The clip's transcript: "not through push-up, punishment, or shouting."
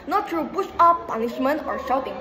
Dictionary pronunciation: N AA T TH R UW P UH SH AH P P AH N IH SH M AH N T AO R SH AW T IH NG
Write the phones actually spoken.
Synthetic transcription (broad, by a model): N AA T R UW B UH S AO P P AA N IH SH M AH N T AO R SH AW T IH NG